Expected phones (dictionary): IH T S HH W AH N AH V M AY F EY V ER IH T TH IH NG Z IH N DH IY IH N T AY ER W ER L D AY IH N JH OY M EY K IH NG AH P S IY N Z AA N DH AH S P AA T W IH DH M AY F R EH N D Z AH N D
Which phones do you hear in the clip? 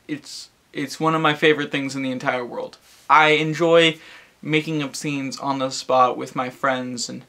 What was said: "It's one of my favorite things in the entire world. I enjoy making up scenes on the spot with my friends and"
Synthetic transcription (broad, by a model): IH T S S W AH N AH V M AY F EY V ER IH T TH IH NG Z IH N DH IY IH N T AY ER W ER L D AY IH N JH OY M EY K IH NG AH P S IY N Z N DH AH S P AA T W IH DH M AY F R EH N D Z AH N